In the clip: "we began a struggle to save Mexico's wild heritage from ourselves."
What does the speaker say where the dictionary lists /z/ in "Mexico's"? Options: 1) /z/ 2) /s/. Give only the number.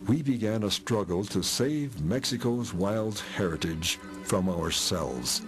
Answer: 1